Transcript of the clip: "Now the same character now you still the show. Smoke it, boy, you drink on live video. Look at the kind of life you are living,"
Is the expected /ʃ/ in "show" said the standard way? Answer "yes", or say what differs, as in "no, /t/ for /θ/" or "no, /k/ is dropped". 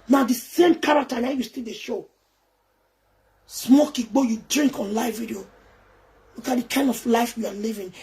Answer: yes